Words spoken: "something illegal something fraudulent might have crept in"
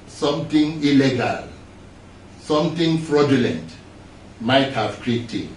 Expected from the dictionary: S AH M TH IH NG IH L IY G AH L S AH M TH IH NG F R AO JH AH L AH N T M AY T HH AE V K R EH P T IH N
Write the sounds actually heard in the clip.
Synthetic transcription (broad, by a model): S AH M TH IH NG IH L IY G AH L S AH M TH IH NG F R AO JH AH L AH N T M AY T HH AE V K R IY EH T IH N